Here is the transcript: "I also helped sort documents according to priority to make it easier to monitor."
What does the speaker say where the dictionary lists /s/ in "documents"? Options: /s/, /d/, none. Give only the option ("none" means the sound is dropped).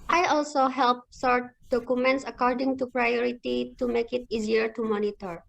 /s/